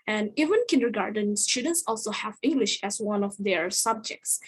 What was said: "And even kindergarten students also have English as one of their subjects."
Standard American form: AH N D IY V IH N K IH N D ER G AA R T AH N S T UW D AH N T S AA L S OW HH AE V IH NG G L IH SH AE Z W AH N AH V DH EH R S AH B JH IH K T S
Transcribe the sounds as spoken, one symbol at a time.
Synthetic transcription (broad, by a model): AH N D IY V IH N K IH N D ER G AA R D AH N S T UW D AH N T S AA L S OW HH AE V IH NG G L IH SH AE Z W AH N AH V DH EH R S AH B JH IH K T S